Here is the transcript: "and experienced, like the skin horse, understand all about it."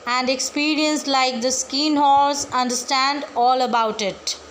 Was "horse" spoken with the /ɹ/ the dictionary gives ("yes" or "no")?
no